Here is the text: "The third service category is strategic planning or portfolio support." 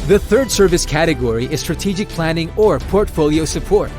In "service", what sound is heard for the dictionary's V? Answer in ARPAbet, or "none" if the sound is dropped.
V